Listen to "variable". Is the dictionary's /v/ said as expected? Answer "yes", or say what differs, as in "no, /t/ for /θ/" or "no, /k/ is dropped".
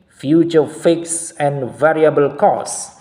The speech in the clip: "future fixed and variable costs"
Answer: yes